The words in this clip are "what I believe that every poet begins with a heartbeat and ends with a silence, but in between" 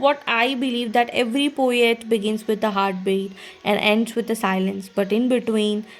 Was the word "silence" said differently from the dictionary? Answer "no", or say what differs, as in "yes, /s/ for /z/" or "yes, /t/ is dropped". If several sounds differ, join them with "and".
no